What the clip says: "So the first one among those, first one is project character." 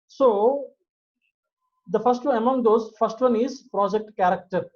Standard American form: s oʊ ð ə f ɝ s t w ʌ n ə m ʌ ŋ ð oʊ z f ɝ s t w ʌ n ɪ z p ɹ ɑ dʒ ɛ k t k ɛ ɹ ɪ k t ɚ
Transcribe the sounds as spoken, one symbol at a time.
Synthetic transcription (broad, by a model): s oʊ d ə f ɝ s t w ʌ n ə m ʌ ŋ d oʊ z f ɝ s t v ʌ n ɪ z p ɹ ɑ dʒ ɛ k t k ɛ ɹ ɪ k t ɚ